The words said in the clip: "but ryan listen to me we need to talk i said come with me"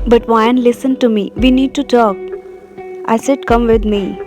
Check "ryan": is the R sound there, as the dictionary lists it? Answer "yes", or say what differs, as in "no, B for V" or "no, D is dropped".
no, W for R